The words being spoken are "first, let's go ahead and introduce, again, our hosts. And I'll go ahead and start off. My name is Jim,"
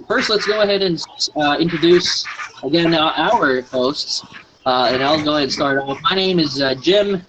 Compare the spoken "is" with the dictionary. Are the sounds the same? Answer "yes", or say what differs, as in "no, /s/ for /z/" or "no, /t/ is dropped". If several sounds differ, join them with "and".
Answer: yes